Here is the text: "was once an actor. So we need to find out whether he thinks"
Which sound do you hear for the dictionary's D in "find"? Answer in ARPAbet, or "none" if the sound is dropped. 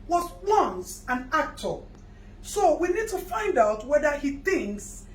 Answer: D